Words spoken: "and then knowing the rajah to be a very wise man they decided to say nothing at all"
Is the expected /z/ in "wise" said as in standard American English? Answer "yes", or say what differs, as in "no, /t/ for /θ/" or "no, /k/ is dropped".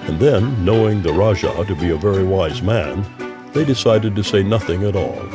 yes